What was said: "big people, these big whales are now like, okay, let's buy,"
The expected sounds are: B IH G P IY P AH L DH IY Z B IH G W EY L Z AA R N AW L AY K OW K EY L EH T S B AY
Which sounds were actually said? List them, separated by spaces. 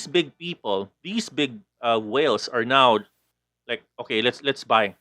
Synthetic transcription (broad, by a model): B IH G P IY P AH L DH IY S B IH G W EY L S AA R N AW L AY K OW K EY L EH T S B AY